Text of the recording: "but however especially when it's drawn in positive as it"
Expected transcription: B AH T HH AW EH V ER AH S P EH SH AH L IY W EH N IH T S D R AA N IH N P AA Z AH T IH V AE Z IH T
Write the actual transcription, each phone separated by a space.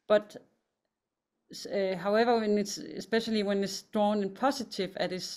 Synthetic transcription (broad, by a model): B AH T HH AW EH V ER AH S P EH SH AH L IY W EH N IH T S D R AA N IH N P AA S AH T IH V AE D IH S